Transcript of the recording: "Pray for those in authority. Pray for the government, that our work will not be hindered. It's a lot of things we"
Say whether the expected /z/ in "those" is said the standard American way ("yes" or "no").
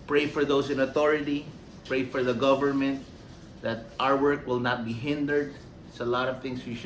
no